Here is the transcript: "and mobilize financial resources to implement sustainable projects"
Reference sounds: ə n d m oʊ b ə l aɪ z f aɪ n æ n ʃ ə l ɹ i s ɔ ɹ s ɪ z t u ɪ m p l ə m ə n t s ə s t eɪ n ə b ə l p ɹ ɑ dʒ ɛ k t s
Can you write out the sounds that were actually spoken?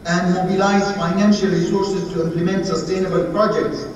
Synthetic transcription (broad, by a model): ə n d m oʊ b ə l aɪ z f aɪ n æ n ʃ ə l ɹ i s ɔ ɹ s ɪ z t u ɪ m p l ə m ə n t s ə s t eɪ n ə b ə l p ɹ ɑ dʒ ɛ k t s